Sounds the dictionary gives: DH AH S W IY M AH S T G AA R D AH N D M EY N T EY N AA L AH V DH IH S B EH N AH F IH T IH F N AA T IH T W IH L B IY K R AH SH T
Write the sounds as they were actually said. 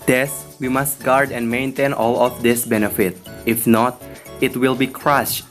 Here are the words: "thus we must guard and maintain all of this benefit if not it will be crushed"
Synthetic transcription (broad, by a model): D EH S W IY M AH S T G AA R D AH N D M EY N T EY N AA L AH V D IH S B EH N AH F IH T IH F N AA T IH T W IH L B IY K R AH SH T